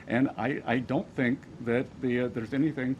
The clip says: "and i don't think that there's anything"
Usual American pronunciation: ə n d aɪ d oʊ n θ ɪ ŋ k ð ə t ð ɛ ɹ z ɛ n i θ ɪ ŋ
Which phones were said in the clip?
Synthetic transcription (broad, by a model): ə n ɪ aɪ d oʊ n θ ɪ ŋ k ð ə t ð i ɹ z ɛ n i θ ɪ ŋ